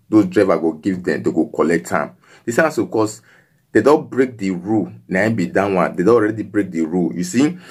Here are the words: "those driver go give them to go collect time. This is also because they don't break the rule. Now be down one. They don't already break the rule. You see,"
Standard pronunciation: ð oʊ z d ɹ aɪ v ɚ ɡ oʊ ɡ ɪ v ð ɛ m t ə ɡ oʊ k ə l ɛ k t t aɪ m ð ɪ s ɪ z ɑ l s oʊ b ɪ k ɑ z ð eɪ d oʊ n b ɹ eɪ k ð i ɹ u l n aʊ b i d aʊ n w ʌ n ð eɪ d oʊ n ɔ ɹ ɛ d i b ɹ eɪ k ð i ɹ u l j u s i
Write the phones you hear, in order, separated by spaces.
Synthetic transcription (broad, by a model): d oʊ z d ɹ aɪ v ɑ ɡ oʊ ɡ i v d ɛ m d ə ɡ oʊ k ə l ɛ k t t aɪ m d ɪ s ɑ s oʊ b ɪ k ɑ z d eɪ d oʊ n b ɹ eɪ k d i ɹ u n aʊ b i d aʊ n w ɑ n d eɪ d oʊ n ɔ ɹ ɛ d i b ɹ eɪ k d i ɹ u j u s i